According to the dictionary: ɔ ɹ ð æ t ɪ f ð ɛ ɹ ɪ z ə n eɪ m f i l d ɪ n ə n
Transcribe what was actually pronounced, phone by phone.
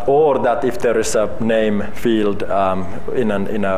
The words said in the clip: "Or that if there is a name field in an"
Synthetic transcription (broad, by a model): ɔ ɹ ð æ t ɪ f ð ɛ ɹ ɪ s ə n eɪ m f i l d ɪ n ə n